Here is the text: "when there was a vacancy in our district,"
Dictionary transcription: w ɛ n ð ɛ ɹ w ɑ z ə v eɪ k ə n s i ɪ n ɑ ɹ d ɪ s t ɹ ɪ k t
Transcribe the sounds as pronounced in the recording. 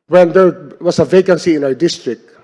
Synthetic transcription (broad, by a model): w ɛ n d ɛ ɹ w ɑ s ə v eɪ k ə n s i ɪ n ɑ ɹ d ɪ s t ɹ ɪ k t